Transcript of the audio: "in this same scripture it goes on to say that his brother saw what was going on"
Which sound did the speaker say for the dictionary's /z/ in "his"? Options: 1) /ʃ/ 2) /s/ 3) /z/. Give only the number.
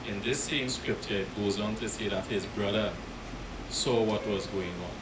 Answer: 3